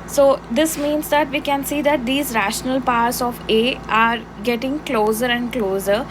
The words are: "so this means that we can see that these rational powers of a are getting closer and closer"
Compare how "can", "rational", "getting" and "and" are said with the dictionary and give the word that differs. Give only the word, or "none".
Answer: none